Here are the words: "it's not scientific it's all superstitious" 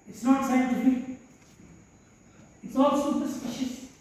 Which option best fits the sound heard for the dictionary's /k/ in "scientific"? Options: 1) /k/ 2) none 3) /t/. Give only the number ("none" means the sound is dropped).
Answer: 2